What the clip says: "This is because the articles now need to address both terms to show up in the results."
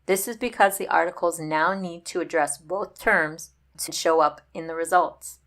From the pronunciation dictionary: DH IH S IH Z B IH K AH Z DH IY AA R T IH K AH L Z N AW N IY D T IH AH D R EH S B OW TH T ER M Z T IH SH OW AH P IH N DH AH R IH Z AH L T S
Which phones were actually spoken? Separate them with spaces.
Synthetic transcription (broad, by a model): DH IH S IH Z B IH K AH Z DH IY AA R T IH K L Z N AW N IY D T IH AH D R EH S B OW TH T ER M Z T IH SH OW AH P IH N DH AH R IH Z AH L T S